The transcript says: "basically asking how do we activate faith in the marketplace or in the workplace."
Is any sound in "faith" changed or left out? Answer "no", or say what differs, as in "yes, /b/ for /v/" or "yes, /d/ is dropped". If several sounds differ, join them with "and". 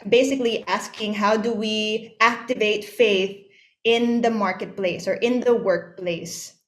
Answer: no